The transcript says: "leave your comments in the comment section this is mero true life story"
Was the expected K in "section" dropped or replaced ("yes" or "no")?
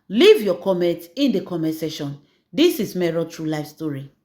yes